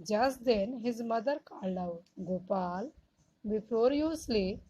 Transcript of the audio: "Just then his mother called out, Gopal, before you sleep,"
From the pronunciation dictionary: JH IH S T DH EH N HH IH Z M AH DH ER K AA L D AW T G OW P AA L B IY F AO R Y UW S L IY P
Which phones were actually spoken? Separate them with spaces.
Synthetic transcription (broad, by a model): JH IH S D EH N HH IH Z M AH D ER K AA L AW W G OW P AA L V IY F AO R Y UW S L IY